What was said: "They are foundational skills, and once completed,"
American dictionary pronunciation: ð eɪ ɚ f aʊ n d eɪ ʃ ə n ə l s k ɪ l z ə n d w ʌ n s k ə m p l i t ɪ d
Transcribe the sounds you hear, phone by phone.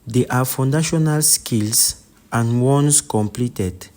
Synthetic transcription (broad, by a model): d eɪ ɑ f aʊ n d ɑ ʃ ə n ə l s k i l s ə n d w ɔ n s k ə m p l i t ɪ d